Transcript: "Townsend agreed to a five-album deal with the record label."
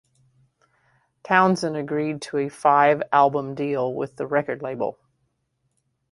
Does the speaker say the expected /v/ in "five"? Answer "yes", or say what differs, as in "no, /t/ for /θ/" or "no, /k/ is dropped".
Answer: yes